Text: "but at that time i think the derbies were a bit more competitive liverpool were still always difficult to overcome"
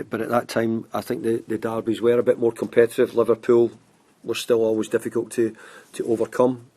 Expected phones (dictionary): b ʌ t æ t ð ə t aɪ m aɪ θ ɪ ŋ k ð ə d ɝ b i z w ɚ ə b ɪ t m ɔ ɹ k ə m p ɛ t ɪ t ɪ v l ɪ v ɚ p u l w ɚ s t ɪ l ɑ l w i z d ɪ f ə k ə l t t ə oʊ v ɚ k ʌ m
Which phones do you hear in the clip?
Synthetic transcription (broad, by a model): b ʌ t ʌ t ð ə t aɪ m aɪ θ ɪ ŋ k ð ə d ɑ b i z w ɚ ə b ɪ t m ɔ ɹ k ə m p ɛ t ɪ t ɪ v l ɪ v ɚ p u l w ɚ s t ɪ l ɑ l w i z d ɪ f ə k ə l t t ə oʊ v ɚ k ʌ m